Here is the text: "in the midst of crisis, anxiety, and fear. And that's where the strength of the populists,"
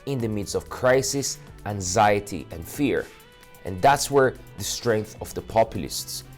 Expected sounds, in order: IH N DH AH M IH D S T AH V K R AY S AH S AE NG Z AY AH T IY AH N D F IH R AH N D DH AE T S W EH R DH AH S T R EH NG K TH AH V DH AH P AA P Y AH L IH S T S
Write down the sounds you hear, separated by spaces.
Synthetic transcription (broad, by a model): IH N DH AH M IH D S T AH V K R AY S AH S AE NG Z AY AH T IY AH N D F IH R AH N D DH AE T S W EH R DH AH S T R EH NG K TH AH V DH AH P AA P Y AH L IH S T S